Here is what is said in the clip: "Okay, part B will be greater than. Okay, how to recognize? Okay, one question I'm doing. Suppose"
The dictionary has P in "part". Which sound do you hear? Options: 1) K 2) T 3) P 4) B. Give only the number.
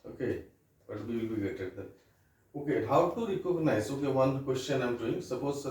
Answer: 4